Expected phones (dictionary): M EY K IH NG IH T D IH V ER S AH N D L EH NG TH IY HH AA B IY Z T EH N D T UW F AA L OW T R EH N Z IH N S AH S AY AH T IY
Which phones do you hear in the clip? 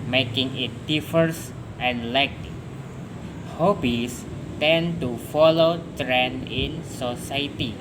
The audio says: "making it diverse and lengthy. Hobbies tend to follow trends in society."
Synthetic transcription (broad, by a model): M EY K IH NG IH T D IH F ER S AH N L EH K HH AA B IY S T EH N T UW F AA L OW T R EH N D IH N S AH S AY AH T IY